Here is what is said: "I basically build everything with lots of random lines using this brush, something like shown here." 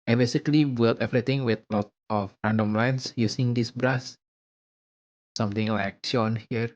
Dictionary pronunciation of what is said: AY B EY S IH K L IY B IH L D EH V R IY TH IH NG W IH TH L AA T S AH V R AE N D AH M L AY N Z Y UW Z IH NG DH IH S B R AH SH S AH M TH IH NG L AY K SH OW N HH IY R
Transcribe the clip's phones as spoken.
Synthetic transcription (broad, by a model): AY B EY S IH K L IY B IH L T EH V R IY T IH NG W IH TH L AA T AH F R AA N D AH M L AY N S Y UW S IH NG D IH S B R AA S S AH M T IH NG L AY K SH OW N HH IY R